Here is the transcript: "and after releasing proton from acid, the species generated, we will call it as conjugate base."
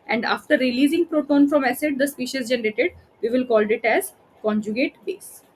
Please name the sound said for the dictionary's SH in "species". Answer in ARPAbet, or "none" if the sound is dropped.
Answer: SH